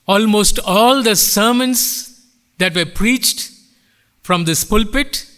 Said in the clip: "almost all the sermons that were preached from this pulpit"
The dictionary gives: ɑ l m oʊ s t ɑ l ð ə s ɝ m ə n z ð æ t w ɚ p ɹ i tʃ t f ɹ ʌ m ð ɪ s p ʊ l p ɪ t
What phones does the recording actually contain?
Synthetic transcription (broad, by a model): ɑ l m oʊ s t ɑ l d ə s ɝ m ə n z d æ t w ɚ p ɹ i tʃ t f ɹ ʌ m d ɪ s p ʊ l p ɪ t